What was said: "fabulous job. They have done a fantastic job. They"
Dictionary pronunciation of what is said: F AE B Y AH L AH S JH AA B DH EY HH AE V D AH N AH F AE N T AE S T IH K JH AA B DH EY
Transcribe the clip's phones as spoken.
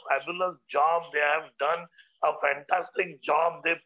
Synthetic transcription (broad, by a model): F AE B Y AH L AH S JH AA B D EY HH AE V D AH N AH F AE N T AE S T IH K JH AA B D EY